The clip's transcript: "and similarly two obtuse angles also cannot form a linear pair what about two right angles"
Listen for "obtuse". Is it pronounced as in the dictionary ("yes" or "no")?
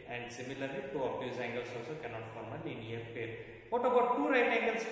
no